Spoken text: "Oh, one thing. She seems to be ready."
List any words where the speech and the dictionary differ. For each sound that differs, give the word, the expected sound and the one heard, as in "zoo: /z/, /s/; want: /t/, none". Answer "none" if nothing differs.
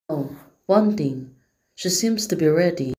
thing: /θ/, /t/